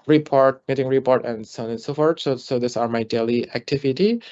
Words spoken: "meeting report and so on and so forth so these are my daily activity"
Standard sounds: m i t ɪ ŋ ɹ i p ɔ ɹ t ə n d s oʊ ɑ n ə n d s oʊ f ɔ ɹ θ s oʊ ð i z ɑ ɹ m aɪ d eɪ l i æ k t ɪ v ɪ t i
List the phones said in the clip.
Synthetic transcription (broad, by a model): m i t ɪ ŋ ɹ i p ɔ ɹ t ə n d s oʊ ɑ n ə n s oʊ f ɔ ɹ s s oʊ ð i s ɑ ɹ m aɪ d eɪ l i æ k t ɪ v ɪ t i